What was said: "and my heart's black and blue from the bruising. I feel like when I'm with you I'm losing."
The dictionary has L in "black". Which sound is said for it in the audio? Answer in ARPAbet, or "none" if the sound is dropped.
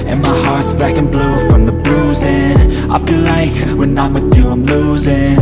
none